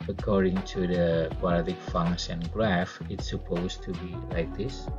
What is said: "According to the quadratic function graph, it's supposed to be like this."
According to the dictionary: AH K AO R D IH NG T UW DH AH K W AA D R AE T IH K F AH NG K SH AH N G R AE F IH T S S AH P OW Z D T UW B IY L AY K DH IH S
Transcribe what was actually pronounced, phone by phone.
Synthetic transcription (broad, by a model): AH K AO R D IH NG T UW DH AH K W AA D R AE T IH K F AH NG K S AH N G R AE F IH T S S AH P OW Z T UW B IY L AY K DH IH S